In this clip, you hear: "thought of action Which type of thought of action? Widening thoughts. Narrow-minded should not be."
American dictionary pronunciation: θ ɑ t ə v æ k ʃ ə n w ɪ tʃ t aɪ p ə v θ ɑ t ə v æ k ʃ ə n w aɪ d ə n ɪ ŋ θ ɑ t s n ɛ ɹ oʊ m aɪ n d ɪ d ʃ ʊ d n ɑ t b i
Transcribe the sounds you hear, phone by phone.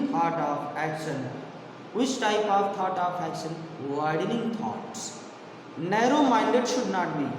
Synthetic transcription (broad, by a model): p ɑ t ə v æ k ʃ ə n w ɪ tʃ t aɪ p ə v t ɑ t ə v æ k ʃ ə n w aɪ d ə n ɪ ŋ t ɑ t s n ɛ ɹ oʊ m aɪ n d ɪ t ʃ ʊ d n ɑ t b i